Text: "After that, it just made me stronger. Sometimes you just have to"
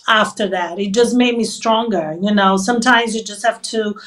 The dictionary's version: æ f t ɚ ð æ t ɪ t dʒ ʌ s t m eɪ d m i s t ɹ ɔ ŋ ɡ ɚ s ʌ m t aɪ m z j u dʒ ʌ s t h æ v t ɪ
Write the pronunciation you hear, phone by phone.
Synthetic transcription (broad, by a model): æ f t ɚ ð æ t ɪ t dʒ ʌ s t m eɪ d m i s t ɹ ɔ ŋ ɡ ɚ s ʌ m t aɪ m z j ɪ dʒ ʌ s t h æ f t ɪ